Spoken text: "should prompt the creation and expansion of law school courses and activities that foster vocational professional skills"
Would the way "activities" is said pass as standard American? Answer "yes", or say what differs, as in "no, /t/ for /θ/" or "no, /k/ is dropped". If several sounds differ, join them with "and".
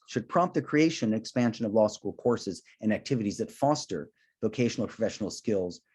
yes